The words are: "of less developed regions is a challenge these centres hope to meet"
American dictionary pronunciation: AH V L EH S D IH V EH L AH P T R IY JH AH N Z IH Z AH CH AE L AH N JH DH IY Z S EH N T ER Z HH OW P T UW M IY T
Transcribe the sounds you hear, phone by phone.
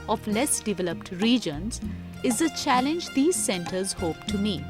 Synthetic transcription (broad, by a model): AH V L EH S D IH V EH L AH P T R IY JH AH N Z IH Z AH CH AE L AH N JH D IY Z S EH N T ER Z HH OW P T UW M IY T